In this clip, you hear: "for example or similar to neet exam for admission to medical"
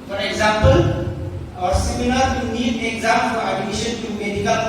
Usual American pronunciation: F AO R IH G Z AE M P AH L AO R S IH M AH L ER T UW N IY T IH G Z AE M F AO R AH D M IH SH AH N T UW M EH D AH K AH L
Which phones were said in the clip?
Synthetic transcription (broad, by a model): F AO R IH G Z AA M P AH L AO R S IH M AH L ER T UW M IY IH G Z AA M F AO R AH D M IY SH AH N T UW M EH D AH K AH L